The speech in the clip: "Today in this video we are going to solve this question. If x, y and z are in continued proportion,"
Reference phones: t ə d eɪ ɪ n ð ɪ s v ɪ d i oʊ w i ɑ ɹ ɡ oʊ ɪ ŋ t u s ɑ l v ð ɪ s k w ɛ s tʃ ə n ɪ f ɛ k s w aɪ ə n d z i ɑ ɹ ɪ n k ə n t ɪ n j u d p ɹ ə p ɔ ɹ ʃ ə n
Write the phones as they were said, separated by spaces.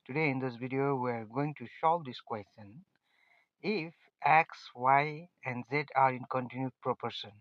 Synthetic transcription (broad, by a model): t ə d eɪ ɪ n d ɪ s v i d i oʊ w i ɑ ɹ ɡ oʊ ɪ ŋ t u ʃ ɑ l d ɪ s k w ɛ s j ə n ɪ f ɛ k s w aɪ ə n d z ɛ ɑ ɹ ɪ n k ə n t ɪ n j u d p ɹ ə p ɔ ɹ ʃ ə n